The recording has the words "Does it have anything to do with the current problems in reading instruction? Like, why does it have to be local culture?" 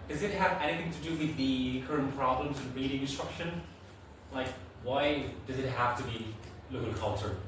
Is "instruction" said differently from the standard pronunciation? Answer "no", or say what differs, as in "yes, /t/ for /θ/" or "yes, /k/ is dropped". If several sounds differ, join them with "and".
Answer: no